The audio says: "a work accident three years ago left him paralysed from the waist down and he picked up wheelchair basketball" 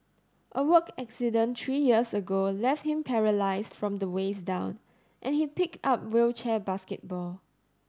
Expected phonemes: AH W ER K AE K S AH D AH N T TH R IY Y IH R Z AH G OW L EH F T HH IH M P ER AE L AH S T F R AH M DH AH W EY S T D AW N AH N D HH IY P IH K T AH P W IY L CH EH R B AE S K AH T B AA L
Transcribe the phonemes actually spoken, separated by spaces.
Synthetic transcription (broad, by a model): AH W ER K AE K S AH D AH N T R IY Y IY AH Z AH G OW L EH F T HH IH M P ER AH L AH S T F R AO M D AH W EY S D AW N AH N HH IY P IH K T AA P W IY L CH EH B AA S K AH T B AA L